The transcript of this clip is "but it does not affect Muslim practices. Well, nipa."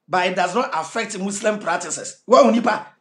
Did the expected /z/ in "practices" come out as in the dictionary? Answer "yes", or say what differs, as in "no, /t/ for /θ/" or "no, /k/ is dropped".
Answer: no, /s/ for /z/